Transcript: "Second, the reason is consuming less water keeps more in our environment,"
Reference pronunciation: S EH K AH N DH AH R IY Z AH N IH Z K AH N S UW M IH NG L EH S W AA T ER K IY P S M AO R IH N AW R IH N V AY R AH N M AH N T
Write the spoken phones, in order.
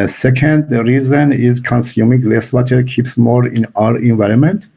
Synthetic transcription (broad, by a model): S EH K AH N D R IY Z AH N IH Z K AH N S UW M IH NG L EH S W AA T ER K IY P S M AO R IH N AW R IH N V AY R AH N M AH N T